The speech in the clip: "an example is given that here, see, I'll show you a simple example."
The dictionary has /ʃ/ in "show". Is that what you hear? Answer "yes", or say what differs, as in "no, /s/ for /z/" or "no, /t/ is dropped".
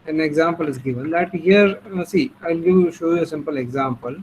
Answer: yes